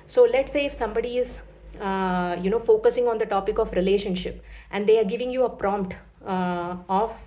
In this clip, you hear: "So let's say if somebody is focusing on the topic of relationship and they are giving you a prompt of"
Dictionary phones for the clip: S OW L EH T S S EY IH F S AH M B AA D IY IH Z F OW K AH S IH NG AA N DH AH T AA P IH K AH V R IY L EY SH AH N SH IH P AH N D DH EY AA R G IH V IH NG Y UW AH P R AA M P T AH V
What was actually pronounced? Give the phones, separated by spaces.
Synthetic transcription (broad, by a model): S OW L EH T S S EY IH F S AH M B AA D IY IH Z F OW K AH S IH NG AA N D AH T AA P IH K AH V R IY L EY SH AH N SH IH P AH N D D EY AA R G IH V IH NG Y UW AH P R AA M P T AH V